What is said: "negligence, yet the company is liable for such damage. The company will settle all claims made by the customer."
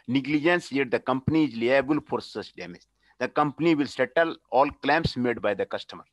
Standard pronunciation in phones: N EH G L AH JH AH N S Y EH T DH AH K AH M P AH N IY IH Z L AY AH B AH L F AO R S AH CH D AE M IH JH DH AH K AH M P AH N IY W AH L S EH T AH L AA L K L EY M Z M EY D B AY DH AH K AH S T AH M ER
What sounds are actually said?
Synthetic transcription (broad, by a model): N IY G L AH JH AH N S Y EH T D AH K AH M P AH N IY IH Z L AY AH B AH L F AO R S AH S D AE M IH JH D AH K AH M P AH N IY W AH L S EH T AH L AA L K L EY M S M EY D B AY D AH K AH S T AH M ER